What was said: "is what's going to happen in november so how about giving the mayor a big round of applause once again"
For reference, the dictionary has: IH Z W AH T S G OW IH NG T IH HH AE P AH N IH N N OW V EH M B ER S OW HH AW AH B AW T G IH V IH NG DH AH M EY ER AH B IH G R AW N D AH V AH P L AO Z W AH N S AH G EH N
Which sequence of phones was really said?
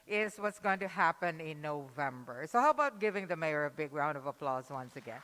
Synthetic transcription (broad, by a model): IH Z W AH T S G OW IH NG T IH HH AE P AH N IH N N OW V EH M B ER S OW HH AW AH B AW T G IH V IH NG DH AH M EY ER AH B IH G R AW N D AH V AH P L AO Z W AH N S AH G EH N